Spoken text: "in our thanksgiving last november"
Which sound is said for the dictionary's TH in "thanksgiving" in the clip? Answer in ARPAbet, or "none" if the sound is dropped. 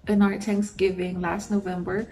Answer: T